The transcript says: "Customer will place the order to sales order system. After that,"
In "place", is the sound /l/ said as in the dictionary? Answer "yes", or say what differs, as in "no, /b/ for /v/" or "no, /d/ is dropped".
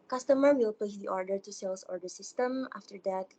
no, /l/ is dropped